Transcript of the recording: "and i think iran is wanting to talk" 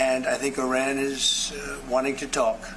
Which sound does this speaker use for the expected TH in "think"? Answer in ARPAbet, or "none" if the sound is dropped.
TH